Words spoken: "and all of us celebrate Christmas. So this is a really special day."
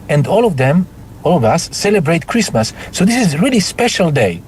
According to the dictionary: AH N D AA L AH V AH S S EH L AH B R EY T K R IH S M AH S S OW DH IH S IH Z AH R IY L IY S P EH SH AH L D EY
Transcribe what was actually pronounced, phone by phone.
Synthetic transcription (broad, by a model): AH N D AA L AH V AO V S EH L AH B R EY T K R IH S M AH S S OW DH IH S IH Z R IY L IY S P EH SH AH L D EY